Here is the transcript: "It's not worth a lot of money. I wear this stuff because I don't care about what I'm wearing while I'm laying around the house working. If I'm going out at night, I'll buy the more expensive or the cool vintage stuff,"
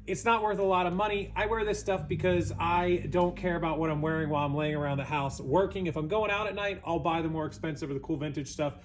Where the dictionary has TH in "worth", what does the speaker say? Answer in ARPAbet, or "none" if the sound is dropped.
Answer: TH